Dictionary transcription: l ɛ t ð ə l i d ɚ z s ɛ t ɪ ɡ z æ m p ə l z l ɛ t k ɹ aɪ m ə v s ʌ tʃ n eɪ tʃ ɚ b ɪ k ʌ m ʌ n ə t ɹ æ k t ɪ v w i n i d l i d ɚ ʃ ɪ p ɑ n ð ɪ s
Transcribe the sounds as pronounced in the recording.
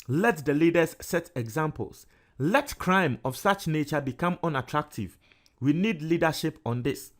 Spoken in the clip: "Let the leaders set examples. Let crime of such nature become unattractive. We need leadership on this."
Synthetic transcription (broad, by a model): l ɛ t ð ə l i d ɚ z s ɛ t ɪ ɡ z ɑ m p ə l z l ɛ t k ɹ aɪ m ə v s ʌ tʃ n eɪ tʃ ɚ b ɪ k ʌ m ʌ n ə t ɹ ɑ k t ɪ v w i n i d l i d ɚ ʃ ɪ p ɑ n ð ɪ s